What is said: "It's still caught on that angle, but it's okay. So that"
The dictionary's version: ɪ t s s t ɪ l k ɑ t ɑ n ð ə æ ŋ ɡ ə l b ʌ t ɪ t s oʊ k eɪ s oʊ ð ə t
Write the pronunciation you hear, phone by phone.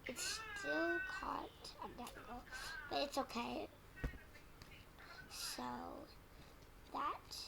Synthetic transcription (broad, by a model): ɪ t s s t ɪ l k ɑ t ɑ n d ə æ ɡ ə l b ʌ t ɪ t s oʊ k eɪ s oʊ ð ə t